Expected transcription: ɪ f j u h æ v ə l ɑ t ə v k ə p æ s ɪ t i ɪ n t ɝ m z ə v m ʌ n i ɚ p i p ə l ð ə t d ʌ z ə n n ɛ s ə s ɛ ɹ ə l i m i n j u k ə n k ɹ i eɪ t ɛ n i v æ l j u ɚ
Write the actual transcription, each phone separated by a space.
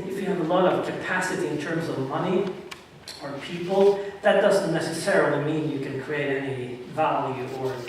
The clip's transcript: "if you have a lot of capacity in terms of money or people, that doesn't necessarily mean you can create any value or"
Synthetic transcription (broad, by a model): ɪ f j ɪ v ə l ɑ t ə v k ə p æ s ɪ t i ɪ n t ɝ m z ə v m ʌ n i ɚ p i p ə l ð ə t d ʌ z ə n n ɛ s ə s ɛ ɹ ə l i m i n j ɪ k ə n k ɹ i eɪ t ɛ n i v æ l j u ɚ